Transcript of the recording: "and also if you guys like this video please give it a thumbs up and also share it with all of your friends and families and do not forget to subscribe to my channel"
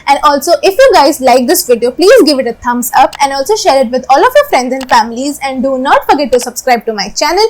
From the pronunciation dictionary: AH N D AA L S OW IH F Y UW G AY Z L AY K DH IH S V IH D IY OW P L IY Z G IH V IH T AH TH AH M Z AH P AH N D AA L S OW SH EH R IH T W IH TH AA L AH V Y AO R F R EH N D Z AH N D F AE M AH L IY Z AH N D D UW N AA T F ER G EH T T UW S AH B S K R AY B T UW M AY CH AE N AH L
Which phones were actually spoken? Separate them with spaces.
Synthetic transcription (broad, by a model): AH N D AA L S OW IH F Y UW G AY Z L AY K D IH S V IH D IY OW P L IY Z G IH V IH T AH T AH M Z AH P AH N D AA L S OW SH EH R IH T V IH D AA L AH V Y AO R F R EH N D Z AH N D F AE M AH L IY Z AH N D D UW N AA T F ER G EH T T UW S AH B S K R AY B T UW M AY CH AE N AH L